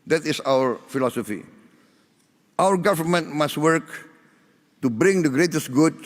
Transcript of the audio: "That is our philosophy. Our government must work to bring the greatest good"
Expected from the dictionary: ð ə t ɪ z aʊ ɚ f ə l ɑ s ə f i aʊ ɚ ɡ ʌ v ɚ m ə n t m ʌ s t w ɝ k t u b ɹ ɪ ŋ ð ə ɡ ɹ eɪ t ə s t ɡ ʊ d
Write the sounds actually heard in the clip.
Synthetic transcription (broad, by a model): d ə t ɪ s aʊ ɚ f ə l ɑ s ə f i aʊ ɚ ɡ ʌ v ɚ m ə n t m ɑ s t w ɝ k t u b ɹ ɪ ŋ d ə ɡ ɹ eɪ t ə s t ɡ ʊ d